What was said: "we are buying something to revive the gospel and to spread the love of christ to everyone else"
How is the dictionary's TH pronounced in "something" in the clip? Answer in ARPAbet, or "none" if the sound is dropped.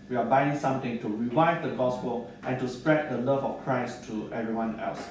T